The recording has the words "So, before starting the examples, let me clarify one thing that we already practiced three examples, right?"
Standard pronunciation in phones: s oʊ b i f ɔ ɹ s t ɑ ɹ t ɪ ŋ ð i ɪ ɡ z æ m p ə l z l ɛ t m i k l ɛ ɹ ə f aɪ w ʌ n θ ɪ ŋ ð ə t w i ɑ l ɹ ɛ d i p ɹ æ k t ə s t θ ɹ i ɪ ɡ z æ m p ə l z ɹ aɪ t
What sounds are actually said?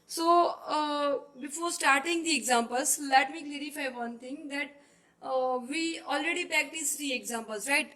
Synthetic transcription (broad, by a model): s oʊ b i f ɔ ɹ s t ɑ ɹ t ɪ ŋ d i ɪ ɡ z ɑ m p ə l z l ɛ t m i k l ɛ ɹ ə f aɪ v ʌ n t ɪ ŋ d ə t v i ɑ l ɹ ɛ d i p æ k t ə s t ɹ i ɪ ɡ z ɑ m p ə l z ɹ aɪ t